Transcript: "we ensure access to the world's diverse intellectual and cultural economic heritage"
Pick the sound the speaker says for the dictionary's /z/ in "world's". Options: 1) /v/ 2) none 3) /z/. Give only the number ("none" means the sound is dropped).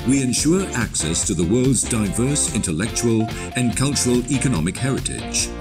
3